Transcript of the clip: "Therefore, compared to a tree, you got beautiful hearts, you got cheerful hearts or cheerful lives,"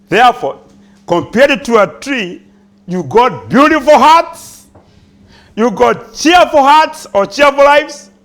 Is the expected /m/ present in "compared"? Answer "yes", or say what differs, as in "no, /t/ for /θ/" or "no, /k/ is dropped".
yes